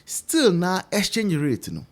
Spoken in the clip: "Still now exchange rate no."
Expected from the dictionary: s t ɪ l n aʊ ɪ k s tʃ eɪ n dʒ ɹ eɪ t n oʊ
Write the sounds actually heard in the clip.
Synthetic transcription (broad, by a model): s t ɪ l n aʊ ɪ s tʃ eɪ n ɹ eɪ t n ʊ